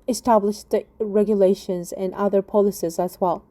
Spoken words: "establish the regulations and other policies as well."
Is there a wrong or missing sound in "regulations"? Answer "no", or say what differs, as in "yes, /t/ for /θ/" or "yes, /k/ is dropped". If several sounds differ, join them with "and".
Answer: no